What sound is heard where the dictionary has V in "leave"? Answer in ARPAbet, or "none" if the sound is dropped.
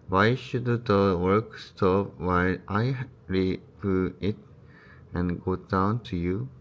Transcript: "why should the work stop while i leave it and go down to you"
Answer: P